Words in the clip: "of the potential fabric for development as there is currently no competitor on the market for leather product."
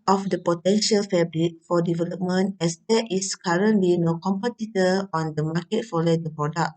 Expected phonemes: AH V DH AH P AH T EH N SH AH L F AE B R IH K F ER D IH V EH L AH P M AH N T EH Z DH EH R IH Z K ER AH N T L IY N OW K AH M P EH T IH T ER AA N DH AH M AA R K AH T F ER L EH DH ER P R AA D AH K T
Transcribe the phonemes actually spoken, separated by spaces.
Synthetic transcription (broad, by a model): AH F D AH P AH T EH N SH AH L F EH B R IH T F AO D IH V EH L AH P M AH N T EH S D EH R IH S K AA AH N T L IY N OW K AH M P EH T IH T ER AA N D AH M AA K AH T F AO L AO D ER P R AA D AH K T